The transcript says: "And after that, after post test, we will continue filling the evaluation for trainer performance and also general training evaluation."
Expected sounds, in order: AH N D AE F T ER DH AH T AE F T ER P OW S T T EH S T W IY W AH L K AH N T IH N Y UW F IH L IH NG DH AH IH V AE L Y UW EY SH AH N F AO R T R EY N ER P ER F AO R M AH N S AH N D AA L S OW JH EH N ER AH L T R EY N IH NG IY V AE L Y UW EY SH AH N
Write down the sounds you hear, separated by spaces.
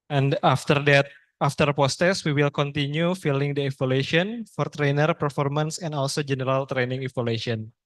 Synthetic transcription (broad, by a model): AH N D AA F T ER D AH T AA F T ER P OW S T T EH S W IY W AH L K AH N T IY N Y UW F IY L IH NG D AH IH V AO L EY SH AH N F AO R T R EY N ER P ER F AO R M AH N S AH N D AA L S OW JH EH N ER AH L T R EY N IH NG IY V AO L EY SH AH N